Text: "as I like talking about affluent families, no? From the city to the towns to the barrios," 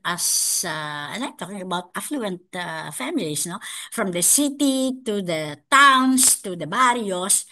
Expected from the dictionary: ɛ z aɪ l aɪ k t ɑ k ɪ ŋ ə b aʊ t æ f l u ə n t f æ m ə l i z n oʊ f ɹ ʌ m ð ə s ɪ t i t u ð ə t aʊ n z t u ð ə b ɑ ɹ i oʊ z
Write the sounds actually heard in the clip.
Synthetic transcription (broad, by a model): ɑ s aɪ n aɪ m t ɑ k ɪ ŋ ə b aʊ t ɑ f l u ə n t f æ m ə l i s n oʊ f ɹ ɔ m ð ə s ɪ t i t u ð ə t aʊ n s t u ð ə b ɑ ɹ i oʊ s